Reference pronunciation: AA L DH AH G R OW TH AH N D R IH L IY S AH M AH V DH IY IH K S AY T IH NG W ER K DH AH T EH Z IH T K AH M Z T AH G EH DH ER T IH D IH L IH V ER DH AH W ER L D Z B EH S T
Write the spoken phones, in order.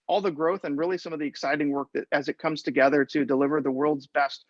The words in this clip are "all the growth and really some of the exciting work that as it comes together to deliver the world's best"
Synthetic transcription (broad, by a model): AA L DH AH G R OW TH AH N R IH L IY S AH M AH V DH IY IH K S AY T IH NG W ER K DH AH T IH Z IH T K AH M Z T AH G EH DH ER T IH D IH L IH V ER DH AH W ER L D Z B EH S T